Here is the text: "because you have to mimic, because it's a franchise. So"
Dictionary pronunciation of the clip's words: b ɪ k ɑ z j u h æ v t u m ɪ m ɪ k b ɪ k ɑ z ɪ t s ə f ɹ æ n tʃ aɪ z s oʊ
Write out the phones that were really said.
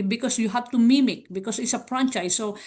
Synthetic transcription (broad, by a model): b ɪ k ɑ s j u h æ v t u m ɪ m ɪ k b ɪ k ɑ s ɪ t s ə p ɹ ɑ n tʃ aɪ s oʊ